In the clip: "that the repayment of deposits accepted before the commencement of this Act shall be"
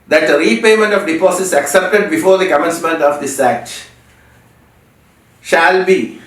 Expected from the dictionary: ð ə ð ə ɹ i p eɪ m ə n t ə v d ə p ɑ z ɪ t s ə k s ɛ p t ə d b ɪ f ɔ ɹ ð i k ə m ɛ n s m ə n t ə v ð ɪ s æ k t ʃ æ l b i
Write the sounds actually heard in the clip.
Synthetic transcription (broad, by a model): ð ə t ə ɹ i p eɪ m ə n t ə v d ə p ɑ s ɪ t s ə k s ɛ p t ə d b ɪ f ɔ ɹ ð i k ə m ɛ n s m ə n t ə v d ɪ s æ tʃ ʃ æ l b i